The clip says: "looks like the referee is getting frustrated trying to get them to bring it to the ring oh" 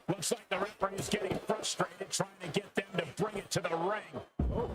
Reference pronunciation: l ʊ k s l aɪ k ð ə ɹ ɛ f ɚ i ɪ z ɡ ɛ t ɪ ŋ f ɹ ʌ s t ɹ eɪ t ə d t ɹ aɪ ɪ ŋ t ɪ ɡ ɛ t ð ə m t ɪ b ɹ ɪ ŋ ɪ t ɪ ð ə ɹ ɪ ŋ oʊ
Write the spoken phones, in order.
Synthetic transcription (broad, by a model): l ʊ k s l aɪ k ð ə ɹ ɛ p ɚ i ɪ z ɡ ɛ t ɪ ŋ f ɹ ʌ s t ɹ eɪ t ə d t ɹ aɪ ɪ ŋ t ɪ ɡ ɛ t ð ə m t ɪ b ɹ ɪ ŋ ɪ t ɪ ð ə ɹ ɪ ŋ